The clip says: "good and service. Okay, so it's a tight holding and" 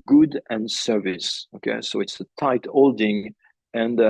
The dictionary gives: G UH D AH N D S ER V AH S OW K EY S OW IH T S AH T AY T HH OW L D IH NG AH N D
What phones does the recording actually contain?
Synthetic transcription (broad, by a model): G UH D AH N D S ER V AH S OW K EY S OW IH T S AH T AY T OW L D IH NG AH N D